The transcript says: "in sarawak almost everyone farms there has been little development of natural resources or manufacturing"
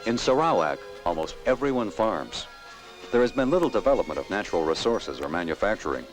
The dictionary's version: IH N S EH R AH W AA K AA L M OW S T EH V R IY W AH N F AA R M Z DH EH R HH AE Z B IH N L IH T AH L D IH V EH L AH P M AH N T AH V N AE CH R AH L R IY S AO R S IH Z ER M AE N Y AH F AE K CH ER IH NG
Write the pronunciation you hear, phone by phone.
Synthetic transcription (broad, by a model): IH N S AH R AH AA K AA L M OW S T EH V R IY W AH N F AA R M Z DH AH R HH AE Z B IH N L IH T L D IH V EH L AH P M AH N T AH V N AE CH R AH L R IY S AO R S IH Z ER M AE N Y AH F AE K CH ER IH NG